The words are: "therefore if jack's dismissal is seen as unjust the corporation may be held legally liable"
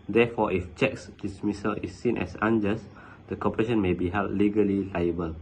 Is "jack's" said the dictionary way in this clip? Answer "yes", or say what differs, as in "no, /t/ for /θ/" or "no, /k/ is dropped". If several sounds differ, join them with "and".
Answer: no, /tʃ/ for /dʒ/